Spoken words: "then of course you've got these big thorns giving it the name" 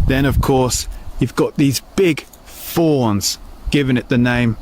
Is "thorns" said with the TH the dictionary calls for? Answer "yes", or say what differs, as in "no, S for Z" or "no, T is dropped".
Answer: no, F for TH